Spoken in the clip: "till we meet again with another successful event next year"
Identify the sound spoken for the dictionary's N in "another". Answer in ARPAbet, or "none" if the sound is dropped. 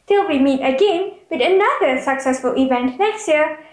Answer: N